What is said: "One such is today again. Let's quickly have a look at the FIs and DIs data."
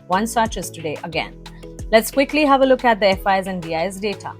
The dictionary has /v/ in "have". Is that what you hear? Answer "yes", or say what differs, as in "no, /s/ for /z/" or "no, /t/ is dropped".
yes